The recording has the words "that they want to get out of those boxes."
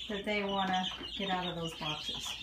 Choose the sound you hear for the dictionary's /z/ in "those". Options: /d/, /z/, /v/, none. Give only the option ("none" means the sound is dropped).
/z/